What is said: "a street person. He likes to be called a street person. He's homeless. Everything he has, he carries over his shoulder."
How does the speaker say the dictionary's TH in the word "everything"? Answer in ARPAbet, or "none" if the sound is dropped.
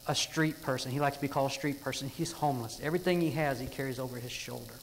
TH